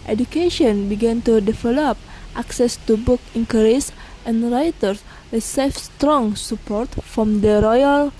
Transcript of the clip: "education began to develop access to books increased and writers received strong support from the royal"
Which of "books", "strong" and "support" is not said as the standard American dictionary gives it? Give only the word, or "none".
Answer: books